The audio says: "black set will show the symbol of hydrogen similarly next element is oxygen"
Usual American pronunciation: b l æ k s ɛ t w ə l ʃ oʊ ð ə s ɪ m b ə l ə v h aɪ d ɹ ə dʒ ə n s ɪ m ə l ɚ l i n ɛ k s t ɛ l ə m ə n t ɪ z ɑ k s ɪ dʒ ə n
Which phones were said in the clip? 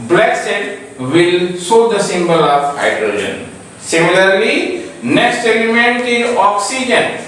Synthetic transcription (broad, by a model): b l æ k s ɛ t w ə l s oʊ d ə s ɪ m b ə l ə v h aɪ d ɹ ə dʒ ə n s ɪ m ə l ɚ l i n ɛ k s t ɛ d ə m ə n t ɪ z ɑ k s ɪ dʒ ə n